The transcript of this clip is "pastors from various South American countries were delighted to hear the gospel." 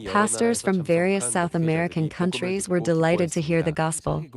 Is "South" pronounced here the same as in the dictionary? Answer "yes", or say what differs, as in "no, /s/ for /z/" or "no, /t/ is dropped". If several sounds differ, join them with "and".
yes